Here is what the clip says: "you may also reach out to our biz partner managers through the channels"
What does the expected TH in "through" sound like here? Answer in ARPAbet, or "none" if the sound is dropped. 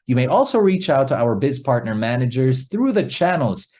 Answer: TH